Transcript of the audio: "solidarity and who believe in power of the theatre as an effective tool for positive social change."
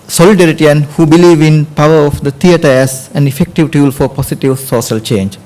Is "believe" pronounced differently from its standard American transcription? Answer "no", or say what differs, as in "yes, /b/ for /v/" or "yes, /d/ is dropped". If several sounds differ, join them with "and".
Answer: no